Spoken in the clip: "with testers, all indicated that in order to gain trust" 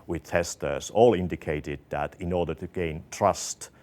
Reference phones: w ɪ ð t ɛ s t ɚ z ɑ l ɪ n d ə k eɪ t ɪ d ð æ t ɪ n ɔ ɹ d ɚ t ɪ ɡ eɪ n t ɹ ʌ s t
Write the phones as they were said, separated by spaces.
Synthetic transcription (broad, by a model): w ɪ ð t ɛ s t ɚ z ɑ l ɪ n d ə k eɪ t ɪ d ð æ t ɪ n ɔ ɹ d ɚ t ɪ ɡ eɪ n t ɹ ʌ s t